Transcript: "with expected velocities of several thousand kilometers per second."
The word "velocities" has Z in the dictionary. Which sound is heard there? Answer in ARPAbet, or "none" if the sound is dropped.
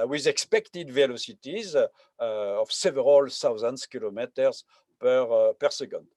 Z